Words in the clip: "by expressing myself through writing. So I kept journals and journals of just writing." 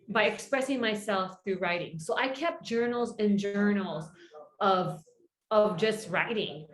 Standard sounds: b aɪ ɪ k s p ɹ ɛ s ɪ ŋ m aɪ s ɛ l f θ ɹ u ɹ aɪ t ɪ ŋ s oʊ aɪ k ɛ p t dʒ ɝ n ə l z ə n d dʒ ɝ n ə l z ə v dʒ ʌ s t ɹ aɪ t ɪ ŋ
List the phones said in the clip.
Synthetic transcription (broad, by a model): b aɪ ɪ k s p ɹ ɛ s ɪ ŋ m aɪ s ɛ l f θ ɹ u ɹ aɪ t ɪ ŋ s oʊ aɪ k ɛ p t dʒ ɝ n l z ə n dʒ ɝ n l z ə v dʒ ʌ s t ɹ aɪ t ɪ ŋ